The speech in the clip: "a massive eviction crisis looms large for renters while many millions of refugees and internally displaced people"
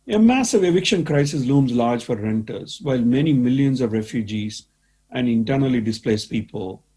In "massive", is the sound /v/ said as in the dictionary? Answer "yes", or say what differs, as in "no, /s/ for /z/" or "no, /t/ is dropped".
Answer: yes